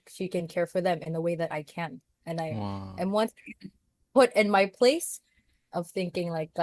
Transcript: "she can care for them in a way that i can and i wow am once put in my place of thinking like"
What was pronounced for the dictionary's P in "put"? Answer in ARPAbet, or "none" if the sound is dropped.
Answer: B